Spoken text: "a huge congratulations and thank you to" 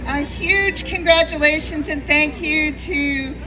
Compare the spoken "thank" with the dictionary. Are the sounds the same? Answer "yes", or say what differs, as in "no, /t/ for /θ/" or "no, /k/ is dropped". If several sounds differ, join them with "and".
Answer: yes